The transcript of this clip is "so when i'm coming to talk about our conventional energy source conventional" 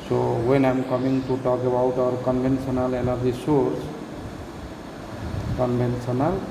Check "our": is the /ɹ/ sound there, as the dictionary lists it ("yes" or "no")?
yes